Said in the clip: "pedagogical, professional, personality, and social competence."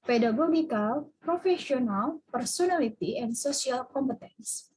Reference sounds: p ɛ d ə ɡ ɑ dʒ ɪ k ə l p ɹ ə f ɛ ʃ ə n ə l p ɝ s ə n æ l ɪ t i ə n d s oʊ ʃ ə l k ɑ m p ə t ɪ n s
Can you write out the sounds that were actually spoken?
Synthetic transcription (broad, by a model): p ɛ d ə ɡ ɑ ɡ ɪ k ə l p ɹ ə f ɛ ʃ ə n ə l p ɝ s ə n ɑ l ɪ t i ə n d s oʊ s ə l k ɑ m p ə t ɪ n s